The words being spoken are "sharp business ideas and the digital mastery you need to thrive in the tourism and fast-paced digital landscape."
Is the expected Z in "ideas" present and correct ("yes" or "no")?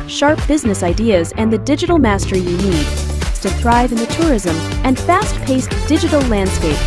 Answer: yes